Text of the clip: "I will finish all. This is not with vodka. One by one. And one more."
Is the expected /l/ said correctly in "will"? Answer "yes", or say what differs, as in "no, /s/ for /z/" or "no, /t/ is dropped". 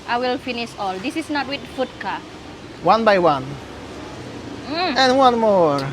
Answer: yes